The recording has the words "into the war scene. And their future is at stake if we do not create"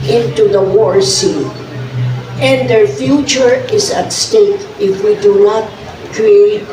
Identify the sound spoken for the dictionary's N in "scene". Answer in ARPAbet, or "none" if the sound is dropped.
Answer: none